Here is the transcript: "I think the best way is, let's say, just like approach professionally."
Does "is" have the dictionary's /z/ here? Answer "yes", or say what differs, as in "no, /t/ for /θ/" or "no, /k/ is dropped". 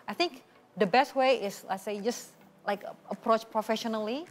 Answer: no, /s/ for /z/